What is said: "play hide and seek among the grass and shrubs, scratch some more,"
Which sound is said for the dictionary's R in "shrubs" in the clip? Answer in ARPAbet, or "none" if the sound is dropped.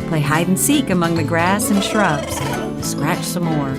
R